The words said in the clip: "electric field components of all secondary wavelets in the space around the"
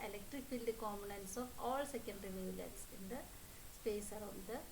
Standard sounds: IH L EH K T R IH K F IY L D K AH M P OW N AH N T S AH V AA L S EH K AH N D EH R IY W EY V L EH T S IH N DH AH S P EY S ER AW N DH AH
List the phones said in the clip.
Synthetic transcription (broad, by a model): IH L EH K T R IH K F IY L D K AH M OW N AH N S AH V AA L S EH K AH N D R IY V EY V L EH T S IH N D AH S P EY S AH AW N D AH